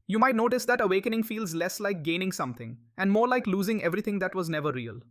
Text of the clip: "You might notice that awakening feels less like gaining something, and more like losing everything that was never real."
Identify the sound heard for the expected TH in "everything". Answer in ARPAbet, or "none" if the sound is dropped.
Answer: T